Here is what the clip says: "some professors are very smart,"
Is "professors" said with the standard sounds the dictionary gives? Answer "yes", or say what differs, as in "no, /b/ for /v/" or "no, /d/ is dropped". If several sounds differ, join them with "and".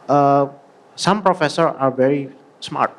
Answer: no, /z/ is dropped